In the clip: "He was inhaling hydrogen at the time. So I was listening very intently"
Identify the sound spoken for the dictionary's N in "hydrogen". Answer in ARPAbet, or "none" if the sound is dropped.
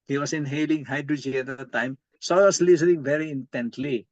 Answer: none